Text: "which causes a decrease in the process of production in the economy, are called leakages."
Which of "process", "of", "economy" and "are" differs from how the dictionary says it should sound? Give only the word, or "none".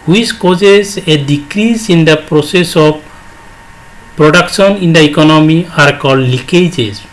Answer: of